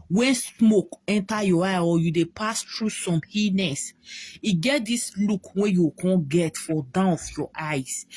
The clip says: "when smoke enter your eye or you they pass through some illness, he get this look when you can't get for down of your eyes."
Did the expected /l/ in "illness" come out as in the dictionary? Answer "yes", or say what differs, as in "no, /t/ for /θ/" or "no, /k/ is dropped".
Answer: no, /l/ is dropped